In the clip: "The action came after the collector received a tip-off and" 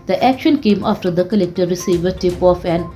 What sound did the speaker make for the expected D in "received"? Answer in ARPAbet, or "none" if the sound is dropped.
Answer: none